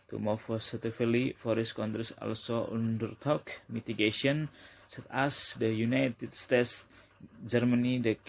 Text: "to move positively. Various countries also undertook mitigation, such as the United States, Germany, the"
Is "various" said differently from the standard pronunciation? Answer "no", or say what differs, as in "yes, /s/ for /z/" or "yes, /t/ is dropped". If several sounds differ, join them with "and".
yes, /f/ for /v/